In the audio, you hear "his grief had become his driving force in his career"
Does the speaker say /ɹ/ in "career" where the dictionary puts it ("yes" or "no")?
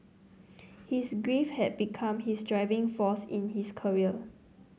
no